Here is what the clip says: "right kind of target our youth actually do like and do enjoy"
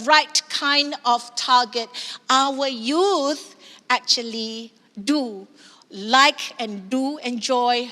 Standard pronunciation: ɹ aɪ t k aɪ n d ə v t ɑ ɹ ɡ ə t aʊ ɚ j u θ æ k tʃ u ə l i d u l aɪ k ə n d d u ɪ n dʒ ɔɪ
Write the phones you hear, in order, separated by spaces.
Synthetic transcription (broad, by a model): ɹ aɪ t k aɪ n d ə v t ɑ ɡ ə t aʊ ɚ j u θ æ k tʃ u ə l i d u l aɪ k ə n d d u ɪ n dʒ ɔɪ